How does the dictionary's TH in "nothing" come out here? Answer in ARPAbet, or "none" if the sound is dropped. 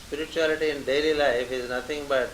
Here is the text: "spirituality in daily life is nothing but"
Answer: T